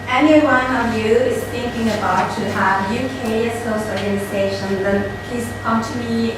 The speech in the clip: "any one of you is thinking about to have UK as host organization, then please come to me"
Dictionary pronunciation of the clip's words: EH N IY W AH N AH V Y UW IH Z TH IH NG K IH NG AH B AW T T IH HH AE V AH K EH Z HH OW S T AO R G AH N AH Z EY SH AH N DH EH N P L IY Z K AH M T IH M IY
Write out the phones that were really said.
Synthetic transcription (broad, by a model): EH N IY W AH N AH V Y UW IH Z TH IH NG K IH NG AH B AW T T IH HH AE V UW K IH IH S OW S AO R G AH N AH Z EY SH AH N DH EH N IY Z K AH M T IH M IY